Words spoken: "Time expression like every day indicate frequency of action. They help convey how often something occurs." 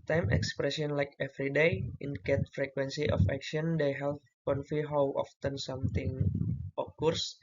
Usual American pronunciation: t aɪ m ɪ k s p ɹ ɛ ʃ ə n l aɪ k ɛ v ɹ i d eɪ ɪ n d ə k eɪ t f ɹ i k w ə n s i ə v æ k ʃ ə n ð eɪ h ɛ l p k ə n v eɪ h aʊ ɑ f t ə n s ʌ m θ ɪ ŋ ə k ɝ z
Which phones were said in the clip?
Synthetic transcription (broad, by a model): t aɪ m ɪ k s p ɹ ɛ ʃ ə n l aɪ k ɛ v ɹ i d eɪ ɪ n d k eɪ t f ɹ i k w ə n s i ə f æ k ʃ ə n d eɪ h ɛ l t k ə n f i h aʊ ɑ f t ə n s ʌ m t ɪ ŋ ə k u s